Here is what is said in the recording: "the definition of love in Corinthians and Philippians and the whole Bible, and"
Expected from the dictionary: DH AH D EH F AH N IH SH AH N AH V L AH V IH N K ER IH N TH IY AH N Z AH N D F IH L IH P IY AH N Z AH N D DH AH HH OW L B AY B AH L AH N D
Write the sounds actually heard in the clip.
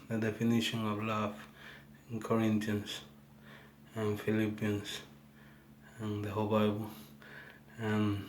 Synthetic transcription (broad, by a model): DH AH D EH F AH N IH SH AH N AH V L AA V IH N K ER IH N T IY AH N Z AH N F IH L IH P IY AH N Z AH N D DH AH HH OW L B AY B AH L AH N